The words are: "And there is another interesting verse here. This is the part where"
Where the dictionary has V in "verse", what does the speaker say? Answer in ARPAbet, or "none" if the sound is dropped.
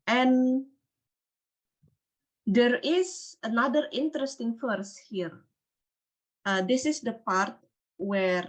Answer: F